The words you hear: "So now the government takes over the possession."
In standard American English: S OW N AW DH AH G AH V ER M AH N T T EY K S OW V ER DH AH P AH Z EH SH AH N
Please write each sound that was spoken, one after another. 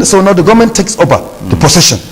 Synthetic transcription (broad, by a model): S OW N AW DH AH G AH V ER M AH N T T EY K S OW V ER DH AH P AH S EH SH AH N